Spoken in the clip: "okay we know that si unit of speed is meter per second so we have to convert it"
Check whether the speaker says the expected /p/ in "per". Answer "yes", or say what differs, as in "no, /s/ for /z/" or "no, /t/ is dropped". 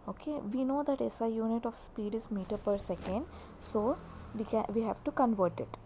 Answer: yes